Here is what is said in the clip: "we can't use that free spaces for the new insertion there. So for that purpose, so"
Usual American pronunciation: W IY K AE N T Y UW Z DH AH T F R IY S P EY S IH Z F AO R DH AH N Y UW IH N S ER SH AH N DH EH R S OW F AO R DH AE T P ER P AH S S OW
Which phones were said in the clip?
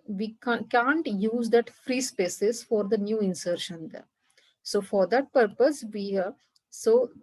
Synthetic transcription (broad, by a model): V IY K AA N T Y UW Z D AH T F R IY S P EY S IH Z F AO R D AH N Y UW IH N S ER SH AH N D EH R S OW F AO R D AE T P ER P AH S S OW